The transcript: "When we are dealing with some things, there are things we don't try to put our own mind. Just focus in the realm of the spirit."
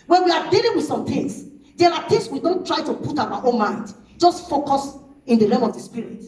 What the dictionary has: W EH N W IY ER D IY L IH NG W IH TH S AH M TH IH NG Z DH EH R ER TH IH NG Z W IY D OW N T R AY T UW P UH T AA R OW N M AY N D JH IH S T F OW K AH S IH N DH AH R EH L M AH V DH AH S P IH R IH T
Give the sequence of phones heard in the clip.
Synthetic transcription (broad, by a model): W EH N W IY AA D IY L IH NG W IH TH S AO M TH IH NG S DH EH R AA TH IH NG S W IY D OW N T R AY T UW P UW T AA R OW N M AY N D JH IH S T F OW K AH S IH N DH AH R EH M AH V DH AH S P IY R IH T